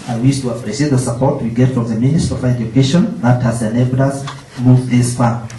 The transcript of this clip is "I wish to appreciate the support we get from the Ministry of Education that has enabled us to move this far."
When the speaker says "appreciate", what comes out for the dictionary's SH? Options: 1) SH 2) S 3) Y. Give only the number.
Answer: 2